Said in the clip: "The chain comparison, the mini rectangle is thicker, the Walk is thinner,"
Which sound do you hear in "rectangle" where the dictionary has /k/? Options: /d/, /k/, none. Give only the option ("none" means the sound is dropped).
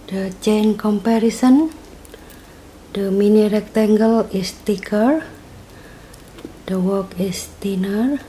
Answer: /k/